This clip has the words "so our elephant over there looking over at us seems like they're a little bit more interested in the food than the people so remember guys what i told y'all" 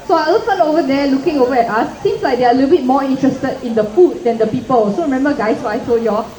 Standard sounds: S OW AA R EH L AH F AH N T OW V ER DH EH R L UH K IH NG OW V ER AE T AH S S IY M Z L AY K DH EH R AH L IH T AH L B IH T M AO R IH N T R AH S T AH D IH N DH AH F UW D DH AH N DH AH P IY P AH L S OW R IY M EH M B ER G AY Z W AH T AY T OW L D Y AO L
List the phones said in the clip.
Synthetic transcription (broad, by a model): S OW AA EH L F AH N OW V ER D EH L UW K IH NG OW V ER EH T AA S S IY M S L AY K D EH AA AH L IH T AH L B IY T M AO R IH N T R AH S T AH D IH N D AH F UW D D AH N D AH P IY P AH L S OW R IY M EH M B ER G AY S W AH AY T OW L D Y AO